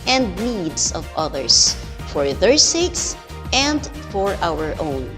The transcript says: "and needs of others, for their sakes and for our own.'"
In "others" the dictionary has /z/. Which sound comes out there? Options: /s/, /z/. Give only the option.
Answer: /s/